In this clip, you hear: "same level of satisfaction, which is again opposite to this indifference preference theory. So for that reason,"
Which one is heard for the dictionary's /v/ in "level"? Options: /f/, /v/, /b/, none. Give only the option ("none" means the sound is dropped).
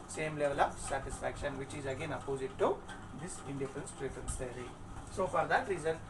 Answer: /v/